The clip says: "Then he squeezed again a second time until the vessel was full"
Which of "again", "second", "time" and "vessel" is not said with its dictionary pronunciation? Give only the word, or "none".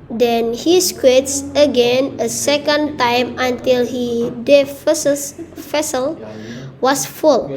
vessel